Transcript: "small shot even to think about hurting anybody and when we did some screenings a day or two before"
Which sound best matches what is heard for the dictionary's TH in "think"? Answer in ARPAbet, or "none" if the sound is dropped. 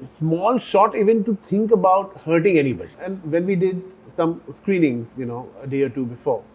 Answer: T